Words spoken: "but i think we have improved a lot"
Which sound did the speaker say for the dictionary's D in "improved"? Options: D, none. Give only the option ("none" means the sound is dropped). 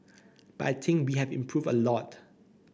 none